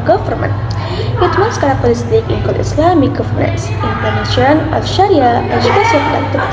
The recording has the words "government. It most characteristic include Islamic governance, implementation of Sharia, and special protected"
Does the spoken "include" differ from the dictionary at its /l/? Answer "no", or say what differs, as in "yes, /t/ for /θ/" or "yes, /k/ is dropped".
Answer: yes, /l/ is dropped